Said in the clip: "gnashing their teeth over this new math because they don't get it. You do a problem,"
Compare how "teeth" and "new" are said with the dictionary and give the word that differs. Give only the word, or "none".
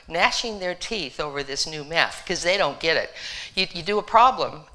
none